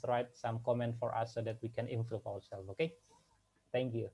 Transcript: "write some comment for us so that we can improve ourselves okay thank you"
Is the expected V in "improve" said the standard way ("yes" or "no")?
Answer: no